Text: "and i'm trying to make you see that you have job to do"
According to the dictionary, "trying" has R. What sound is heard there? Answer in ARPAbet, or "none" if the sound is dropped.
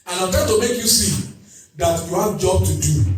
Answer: none